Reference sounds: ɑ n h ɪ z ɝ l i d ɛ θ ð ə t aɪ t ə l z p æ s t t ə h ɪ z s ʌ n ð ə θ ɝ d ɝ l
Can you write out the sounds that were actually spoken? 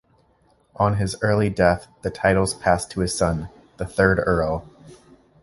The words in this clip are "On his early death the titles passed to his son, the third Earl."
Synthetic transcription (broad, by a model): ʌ n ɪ z ɝ l i d ɛ θ ð ə t aɪ t l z p æ s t t ə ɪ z s ʌ n ð ə θ ɝ d ɝ l